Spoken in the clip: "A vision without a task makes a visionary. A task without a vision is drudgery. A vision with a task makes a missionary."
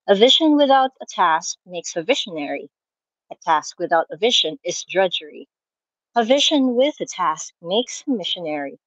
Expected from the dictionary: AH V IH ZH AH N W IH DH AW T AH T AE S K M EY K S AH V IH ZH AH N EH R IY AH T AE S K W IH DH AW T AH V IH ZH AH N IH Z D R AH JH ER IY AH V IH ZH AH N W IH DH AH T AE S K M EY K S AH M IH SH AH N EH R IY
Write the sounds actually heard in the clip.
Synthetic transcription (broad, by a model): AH V IH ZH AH N W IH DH AW T AH T AE S K M EY K S AH V IH SH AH N EH R IY AH T AE S K W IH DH AW T AH V IH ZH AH N IH Z D R AH JH ER IY AH V IH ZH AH N W IH DH AH T AE S K M EY K S AH M IH SH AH N EH R IY